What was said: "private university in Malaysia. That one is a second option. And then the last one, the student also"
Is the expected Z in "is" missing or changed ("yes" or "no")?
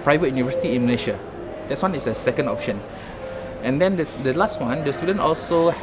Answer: yes